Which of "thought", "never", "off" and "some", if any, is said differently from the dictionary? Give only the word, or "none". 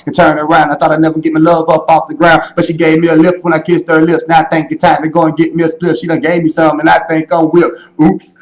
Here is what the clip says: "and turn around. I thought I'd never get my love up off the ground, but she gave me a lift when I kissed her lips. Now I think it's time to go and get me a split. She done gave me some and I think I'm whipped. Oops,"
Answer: none